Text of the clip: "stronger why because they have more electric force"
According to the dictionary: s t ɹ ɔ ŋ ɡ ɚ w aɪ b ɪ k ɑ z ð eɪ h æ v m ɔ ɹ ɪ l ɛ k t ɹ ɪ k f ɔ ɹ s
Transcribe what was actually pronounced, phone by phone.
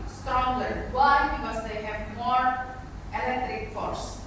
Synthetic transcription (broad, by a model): s t ɹ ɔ ŋ ɡ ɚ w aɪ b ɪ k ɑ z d eɪ h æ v m ɔ ɹ ɪ l ɛ k t ɹ ɪ k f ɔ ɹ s